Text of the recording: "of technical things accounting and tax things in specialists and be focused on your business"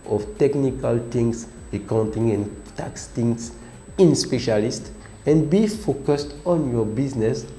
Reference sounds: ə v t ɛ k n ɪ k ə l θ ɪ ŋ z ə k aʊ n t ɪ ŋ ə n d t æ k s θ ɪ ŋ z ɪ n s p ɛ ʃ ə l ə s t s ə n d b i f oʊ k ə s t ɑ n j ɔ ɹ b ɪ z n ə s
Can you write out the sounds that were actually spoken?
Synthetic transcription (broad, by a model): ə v t ɛ k n ɪ k ə l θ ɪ ŋ s ə k aʊ n t ɪ ŋ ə n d t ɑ k s t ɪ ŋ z ɪ n s p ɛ ʃ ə l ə s t ə n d b i f oʊ k ə s t ɑ n j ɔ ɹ b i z n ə s